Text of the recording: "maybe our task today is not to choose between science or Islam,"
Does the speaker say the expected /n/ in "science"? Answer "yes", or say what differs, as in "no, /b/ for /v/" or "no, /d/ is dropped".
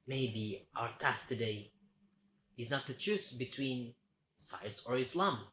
no, /l/ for /n/